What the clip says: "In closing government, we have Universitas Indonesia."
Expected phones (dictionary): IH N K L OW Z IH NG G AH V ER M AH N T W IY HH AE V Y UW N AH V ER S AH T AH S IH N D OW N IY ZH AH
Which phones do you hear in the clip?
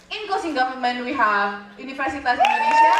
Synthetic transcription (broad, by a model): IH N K OW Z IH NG G AH V ER M AH N T W IY HH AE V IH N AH F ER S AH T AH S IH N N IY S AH